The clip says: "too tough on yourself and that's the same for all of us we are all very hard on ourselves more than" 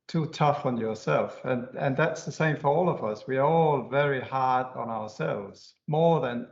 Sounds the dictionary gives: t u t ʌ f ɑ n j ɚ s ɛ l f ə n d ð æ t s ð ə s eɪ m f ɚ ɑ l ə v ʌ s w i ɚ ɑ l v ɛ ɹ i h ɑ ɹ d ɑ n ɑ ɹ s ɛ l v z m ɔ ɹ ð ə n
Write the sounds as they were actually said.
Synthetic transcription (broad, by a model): t u t ʌ f n j ɚ s ɛ l f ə n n ð æ t s ð ə s eɪ m f ɚ ɑ l ə v ʌ s w i ɚ ɑ l v ɛ ɹ i h ɑ ɹ d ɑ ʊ ɑ ɹ s ɛ l v z m ɔ ɹ ð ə n